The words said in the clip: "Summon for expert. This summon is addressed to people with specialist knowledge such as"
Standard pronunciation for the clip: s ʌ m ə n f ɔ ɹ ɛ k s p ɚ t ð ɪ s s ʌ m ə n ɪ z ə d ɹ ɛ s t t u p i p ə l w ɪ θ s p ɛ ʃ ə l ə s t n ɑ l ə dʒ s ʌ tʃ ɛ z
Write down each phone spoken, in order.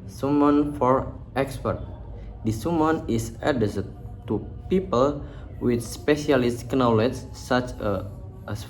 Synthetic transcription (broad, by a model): s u m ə n f ɔ ɹ ɛ k s p ɚ t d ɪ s s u m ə n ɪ s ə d ɛ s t t u p i p ə l w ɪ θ s p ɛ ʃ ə l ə s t n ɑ l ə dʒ s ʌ tʃ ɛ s